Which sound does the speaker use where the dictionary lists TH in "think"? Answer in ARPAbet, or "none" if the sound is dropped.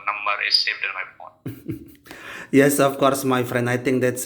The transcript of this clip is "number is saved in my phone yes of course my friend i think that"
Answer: T